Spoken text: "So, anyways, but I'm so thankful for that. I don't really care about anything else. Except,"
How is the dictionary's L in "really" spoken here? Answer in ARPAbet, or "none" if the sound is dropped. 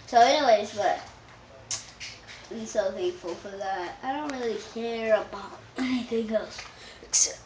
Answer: L